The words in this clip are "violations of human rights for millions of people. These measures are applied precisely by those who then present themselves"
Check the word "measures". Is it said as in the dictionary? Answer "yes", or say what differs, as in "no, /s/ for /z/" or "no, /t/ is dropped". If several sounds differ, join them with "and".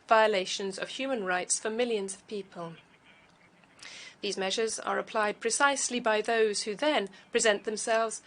yes